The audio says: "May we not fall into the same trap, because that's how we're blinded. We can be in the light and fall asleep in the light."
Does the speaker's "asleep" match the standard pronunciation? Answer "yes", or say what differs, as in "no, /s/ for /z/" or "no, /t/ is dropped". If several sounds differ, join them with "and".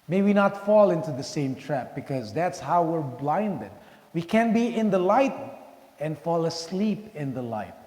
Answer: yes